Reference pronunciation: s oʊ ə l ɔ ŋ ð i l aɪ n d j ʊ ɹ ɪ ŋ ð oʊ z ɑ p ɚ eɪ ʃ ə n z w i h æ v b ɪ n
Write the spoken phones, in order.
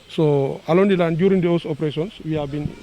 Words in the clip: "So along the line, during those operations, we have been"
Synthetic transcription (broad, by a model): s oʊ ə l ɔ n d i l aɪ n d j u ɹ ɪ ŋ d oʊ s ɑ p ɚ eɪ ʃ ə n s w i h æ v b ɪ n